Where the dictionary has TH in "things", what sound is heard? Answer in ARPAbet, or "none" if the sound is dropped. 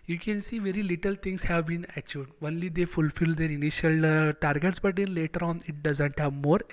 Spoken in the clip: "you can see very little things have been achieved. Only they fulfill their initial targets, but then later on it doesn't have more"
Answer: T